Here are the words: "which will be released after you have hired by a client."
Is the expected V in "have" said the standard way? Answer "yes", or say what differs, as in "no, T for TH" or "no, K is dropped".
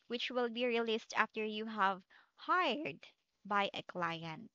yes